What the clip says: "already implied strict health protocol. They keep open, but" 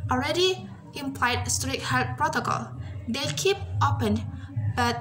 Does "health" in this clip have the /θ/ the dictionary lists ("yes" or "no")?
no